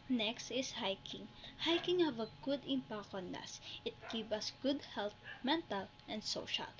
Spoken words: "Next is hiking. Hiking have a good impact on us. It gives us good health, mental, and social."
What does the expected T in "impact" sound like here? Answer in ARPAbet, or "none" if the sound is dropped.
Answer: none